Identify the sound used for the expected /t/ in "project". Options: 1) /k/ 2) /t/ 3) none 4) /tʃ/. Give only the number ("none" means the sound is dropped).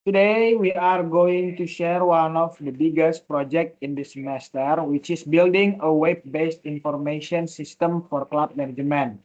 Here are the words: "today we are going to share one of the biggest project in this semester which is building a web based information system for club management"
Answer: 2